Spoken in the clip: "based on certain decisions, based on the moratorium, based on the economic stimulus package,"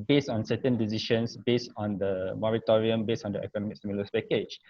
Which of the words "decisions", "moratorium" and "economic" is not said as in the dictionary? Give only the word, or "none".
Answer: decisions